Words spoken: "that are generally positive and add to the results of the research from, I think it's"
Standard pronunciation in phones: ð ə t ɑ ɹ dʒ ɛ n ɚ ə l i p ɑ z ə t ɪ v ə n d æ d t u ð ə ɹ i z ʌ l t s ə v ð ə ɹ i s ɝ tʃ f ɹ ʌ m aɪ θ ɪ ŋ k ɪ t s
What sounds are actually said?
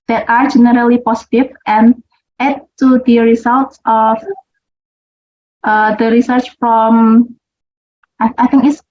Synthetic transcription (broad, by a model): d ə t ɑ ɹ dʒ ɛ n ɚ ə l i p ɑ s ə t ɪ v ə n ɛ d t u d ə ɹ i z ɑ l t s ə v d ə ɹ i s ɝ tʃ f ɹ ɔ m aɪ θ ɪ ŋ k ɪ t s